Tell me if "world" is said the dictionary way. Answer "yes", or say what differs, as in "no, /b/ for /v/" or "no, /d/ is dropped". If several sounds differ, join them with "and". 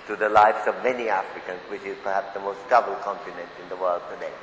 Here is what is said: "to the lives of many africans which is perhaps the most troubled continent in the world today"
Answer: yes